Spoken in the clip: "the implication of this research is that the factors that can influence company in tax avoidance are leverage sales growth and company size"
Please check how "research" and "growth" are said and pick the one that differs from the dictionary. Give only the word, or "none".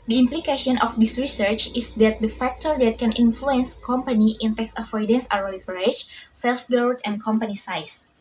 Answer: growth